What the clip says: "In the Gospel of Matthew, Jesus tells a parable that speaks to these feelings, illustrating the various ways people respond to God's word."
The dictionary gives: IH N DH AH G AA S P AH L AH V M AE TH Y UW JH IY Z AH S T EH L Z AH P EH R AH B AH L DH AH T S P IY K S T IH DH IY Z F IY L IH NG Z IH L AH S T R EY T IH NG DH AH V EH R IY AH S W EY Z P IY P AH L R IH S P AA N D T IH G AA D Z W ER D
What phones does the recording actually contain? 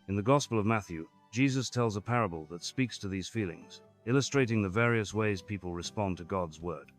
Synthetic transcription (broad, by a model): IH N DH AH G AA S P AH L AH V M AE TH Y UW JH IY Z AH S T EH L Z AH P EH R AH B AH L DH AH T S P IY K S T IH DH IY Z F IY L IH NG Z IH L AH S T R EY T IH NG DH AH V EH R IY AH S W EY Z P IY P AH L R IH S P AA N T IH G AA D Z W ER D